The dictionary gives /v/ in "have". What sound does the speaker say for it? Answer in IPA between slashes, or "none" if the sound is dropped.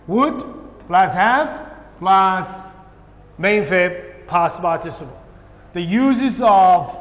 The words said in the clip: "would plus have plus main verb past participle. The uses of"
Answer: /f/